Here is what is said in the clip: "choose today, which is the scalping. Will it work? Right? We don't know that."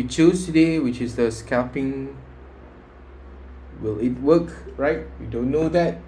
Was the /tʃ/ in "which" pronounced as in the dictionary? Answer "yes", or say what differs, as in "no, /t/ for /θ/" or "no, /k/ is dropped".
yes